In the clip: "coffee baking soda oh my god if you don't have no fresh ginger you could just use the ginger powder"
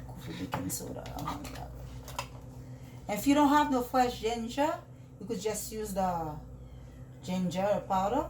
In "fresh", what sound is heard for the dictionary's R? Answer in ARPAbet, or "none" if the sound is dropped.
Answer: L